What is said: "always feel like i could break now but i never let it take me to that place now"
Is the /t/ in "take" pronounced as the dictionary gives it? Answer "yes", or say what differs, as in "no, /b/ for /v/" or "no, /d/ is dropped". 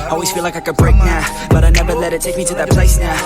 yes